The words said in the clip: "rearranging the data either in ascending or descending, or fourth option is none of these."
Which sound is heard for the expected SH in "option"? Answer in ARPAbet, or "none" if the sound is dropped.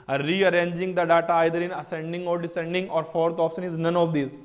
S